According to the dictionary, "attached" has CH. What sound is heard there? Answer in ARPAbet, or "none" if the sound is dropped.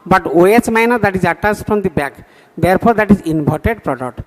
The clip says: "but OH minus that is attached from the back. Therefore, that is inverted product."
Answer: S